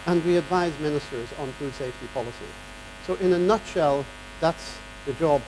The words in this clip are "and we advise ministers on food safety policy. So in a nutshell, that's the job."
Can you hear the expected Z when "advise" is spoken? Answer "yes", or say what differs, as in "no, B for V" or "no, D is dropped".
yes